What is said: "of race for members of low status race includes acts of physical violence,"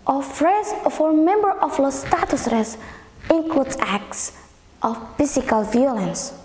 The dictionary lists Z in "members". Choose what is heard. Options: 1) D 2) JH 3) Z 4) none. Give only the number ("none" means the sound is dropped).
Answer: 4